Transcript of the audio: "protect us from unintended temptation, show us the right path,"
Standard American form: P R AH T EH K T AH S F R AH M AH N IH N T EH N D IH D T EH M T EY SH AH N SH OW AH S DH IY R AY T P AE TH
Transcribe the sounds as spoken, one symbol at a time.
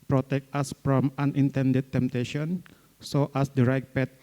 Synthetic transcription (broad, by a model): P R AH T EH K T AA S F R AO M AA N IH N T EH N D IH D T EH M T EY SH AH N S OW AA S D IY R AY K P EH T